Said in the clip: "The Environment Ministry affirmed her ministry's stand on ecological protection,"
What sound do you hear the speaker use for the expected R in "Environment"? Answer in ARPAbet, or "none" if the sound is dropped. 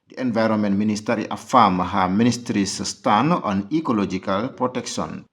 R